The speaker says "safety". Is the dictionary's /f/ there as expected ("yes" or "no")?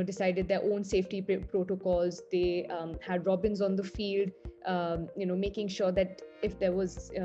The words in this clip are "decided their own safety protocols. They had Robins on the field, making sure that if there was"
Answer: yes